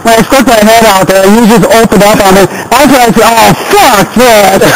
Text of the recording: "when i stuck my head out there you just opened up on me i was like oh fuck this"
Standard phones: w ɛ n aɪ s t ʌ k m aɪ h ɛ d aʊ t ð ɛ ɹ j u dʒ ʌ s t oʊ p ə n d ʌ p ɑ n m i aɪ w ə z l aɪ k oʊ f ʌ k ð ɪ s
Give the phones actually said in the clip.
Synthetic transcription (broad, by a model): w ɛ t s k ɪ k m aɪ h ɛ d aʊ t ð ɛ ɹ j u dʒ ʌ s t oʊ p ə n d ʌ p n m i aɪ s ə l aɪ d oʊ f ʌ k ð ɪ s